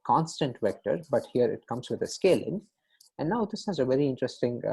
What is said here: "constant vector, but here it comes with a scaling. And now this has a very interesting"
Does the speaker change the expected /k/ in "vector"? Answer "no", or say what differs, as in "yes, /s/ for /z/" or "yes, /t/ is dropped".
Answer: no